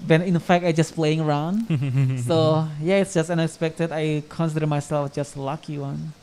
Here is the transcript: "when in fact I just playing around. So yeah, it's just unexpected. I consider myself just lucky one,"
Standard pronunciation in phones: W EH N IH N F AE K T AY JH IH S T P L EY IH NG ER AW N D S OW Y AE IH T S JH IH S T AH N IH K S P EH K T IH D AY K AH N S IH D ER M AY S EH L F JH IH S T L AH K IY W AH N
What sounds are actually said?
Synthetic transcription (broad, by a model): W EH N IH N F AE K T AY JH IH S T P L EY IH NG ER AW N D S OW Y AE IH T S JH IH S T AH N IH K S P EH K T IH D AY K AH N S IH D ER M AY S EH L F JH IH S T L AH K IY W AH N